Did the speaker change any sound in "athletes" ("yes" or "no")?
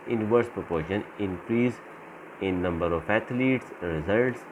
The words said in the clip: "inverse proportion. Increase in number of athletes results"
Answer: yes